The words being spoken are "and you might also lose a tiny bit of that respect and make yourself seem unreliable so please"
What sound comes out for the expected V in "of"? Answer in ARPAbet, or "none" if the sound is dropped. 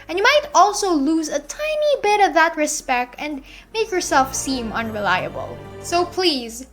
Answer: V